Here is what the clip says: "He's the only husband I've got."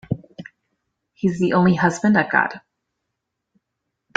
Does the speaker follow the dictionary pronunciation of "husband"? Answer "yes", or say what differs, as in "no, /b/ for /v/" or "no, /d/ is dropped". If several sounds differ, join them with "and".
yes